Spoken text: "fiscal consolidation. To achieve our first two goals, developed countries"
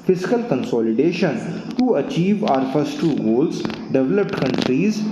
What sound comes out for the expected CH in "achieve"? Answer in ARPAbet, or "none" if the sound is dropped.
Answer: CH